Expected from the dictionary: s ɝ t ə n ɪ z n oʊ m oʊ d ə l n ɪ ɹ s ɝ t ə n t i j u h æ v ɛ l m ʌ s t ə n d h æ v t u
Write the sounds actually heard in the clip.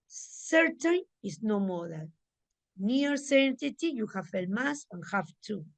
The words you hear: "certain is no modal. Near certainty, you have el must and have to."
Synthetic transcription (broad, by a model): s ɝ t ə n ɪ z n oʊ m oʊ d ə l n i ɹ s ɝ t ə t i j u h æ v ɛ l m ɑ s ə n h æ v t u